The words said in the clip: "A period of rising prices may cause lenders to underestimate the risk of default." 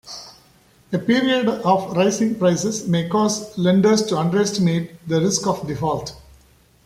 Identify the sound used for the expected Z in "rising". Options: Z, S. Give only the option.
S